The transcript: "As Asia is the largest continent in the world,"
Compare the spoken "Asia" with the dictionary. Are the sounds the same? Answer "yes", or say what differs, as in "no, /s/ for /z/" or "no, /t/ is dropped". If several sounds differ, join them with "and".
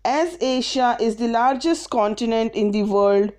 no, /ʃ/ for /ʒ/